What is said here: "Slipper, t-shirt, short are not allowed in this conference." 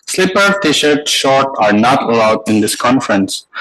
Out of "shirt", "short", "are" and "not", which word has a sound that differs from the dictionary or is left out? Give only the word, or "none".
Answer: none